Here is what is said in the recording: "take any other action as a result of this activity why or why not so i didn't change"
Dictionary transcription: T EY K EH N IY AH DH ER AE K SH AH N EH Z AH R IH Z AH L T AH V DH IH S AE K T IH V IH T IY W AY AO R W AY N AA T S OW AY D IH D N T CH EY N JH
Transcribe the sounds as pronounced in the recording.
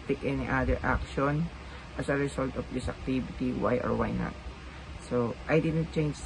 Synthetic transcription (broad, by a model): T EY K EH N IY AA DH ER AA K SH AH N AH S AH R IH S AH L T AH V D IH S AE K T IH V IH T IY W AY AO R W AY N AA T S OW AY D IH D N T CH EY N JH